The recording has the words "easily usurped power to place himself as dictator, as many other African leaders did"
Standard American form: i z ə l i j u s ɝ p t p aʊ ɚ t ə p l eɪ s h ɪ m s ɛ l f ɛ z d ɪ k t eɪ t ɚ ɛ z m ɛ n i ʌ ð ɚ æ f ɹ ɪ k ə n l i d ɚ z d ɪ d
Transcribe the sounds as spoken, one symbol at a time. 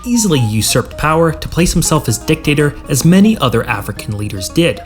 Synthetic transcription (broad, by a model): i z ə l i j u s ɝ p t p aʊ ɚ t ə p l eɪ s h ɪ m s ɛ l f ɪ z d ɪ k t eɪ t ɚ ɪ z m ɛ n i ʌ ð ɚ æ f ɹ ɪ k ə n l i d ɚ z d ɪ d